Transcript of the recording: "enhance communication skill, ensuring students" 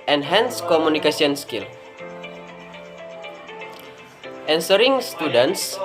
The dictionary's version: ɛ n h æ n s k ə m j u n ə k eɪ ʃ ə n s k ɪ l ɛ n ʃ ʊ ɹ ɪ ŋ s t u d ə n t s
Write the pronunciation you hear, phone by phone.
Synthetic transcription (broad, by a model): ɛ n h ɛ n s k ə m u n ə k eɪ s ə n s k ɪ l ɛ n s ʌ ɹ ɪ ŋ s t u d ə n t s